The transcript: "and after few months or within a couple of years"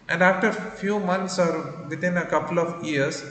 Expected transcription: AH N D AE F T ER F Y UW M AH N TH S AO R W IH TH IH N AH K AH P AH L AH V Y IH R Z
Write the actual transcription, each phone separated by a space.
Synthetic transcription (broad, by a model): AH N D AE F T ER F Y UW M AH N T S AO R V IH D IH N AH K AH P AH L AH V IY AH R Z